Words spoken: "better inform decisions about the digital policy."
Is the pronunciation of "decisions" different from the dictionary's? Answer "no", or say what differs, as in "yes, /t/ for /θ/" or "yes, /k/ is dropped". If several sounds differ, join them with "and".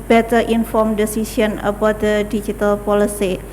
yes, /s/ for /ʒ/ and /z/ is dropped